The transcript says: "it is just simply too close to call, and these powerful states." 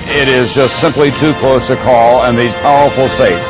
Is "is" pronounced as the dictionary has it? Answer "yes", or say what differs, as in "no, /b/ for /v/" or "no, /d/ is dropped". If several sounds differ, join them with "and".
yes